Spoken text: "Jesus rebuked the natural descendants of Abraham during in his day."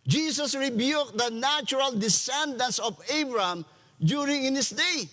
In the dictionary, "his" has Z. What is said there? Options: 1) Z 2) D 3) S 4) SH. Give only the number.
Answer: 3